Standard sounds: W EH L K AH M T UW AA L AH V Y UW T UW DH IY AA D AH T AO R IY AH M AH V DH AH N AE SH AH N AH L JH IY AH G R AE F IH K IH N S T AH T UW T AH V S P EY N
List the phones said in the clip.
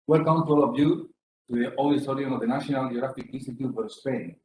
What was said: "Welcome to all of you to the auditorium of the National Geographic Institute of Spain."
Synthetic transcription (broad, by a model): W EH L K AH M T UW AA L AH V Y UW T UW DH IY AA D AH S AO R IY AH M AH V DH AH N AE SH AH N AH L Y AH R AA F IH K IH N S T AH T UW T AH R S P EY N